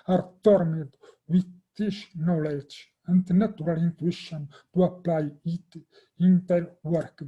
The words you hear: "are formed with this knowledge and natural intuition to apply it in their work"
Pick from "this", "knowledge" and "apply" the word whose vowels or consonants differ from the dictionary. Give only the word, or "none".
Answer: this